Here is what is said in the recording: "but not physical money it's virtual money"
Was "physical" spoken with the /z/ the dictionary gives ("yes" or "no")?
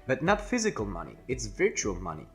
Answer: yes